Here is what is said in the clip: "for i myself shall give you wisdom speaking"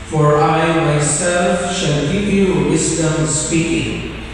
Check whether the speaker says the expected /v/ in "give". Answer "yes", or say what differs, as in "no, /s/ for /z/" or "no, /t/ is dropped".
no, /p/ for /v/